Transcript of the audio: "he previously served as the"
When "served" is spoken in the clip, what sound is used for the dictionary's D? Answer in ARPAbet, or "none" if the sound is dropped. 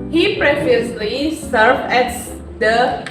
none